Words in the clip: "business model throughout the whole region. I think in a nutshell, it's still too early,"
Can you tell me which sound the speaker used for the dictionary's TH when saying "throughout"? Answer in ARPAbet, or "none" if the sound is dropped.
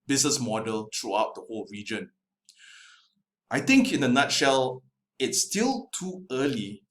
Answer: T